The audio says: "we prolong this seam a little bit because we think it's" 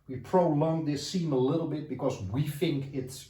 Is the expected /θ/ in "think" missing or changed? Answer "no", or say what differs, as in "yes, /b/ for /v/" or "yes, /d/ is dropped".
no